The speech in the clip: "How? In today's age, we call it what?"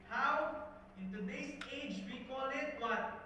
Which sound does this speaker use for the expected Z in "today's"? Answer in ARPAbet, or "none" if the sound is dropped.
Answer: S